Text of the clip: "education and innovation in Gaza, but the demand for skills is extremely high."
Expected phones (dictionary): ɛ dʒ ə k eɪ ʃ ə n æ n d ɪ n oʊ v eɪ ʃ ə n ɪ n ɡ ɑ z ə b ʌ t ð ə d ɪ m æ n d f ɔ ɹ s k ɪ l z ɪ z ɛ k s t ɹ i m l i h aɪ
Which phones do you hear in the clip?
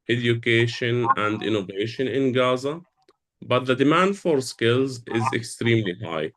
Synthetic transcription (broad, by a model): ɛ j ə k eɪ ʃ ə n æ n d ɪ n oʊ v eɪ ʃ ə n ɪ n ɡ ɑ z ə b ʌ t ð ə d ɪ m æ n d f ɔ ɹ s k ɪ l z ɪ z ɛ k s t ɹ i m l i h aɪ